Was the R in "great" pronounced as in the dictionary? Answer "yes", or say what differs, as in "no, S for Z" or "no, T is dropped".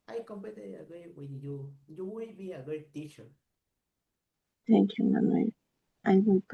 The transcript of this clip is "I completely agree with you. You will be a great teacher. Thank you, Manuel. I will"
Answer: no, R is dropped